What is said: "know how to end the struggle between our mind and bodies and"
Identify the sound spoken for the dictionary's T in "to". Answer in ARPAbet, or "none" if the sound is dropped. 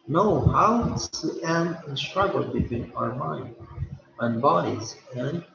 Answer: S